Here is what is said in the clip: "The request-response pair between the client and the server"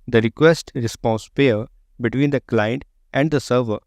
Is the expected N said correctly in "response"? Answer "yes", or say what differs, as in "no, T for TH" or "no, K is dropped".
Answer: yes